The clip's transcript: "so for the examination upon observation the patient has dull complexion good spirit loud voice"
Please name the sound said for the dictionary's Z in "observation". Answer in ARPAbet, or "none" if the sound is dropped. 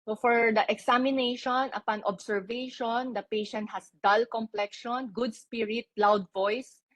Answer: S